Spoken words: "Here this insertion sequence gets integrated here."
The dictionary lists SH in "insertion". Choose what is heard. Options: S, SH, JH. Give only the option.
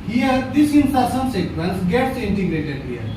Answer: S